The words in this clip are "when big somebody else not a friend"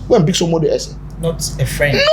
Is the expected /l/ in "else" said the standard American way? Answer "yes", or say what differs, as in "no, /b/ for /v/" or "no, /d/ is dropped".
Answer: no, /l/ is dropped